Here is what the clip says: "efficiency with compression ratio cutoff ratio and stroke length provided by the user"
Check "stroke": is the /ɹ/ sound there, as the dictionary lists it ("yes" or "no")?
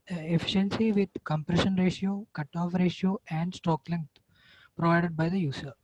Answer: no